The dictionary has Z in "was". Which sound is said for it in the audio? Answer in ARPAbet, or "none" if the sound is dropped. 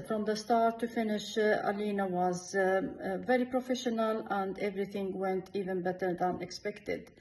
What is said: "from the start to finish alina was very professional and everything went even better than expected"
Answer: Z